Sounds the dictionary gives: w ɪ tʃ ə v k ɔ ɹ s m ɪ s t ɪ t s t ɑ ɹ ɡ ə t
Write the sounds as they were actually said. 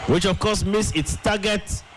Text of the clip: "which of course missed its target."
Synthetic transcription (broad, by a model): w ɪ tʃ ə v k ɔ s m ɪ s ɪ t s t ɑ ɡ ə t